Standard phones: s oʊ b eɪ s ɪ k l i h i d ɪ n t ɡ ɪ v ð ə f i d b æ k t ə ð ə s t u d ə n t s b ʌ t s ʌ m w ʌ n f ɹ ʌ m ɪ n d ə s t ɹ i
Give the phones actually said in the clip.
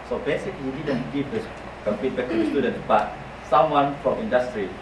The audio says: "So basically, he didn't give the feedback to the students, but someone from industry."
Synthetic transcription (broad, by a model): s oʊ b eɪ s ɪ k l i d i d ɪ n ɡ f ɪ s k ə p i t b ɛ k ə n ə s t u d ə n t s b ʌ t s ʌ m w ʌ n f ɹ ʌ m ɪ n d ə s t ɹ i